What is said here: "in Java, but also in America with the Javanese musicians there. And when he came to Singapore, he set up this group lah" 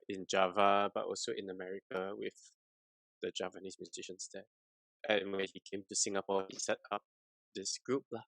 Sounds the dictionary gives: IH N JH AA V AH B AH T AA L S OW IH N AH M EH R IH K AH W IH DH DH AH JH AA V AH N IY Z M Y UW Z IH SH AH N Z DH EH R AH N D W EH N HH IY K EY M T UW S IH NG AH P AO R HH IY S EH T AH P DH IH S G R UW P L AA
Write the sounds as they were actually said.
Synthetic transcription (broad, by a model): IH N JH AA V AH B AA T AA L S OW IH N AH M EH R IH K AH W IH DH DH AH JH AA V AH N IY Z M Y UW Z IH SH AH N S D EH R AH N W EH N HH IY K EY M T UW S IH NG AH P AO HH IY S EH T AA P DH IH S G R UW P L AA